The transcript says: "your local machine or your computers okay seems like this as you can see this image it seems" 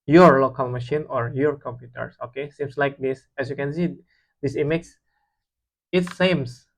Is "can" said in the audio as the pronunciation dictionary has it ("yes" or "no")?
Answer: yes